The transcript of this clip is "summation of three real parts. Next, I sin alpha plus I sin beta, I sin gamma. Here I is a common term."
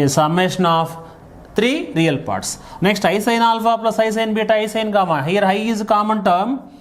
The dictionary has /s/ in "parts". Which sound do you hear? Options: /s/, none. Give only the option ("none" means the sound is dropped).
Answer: /s/